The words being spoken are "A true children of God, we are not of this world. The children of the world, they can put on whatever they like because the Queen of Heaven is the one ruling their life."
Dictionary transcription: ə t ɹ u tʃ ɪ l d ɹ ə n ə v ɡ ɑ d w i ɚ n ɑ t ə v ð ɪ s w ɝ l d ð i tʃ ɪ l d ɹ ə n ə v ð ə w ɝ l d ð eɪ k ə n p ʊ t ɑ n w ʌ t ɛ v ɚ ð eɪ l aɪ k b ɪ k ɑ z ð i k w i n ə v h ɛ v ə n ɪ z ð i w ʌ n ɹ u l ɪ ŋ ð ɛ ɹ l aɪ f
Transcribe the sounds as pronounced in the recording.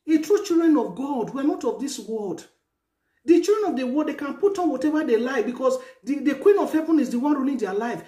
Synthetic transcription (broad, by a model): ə t ɹ u tʃ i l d ɹ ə n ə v ɡ ɑ d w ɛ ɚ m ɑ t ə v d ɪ s w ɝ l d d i tʃ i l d ɹ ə n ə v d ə w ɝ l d eɪ k ə n p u t ɑ n w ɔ t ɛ v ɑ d eɪ l aɪ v b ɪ k ɑ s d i k w i n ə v h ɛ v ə n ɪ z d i w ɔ n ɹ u n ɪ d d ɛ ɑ l aɪ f